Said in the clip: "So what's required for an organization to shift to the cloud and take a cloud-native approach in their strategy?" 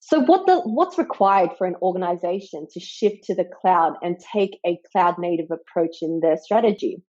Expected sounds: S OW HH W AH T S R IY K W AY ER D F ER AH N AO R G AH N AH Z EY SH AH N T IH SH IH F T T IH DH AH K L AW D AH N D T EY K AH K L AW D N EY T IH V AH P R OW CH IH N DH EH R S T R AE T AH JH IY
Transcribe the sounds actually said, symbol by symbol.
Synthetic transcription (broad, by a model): S OW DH W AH T S R IY K W AY ER D F ER AH N AO R G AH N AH Z EY SH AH N T IH SH IH F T T IH DH AH K L AW D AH N T EY K AH K L AW D N EY T IH V AH P R OW CH IH N DH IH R S T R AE T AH JH IY